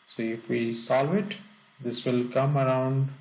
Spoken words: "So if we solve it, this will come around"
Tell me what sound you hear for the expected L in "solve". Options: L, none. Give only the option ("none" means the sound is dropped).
none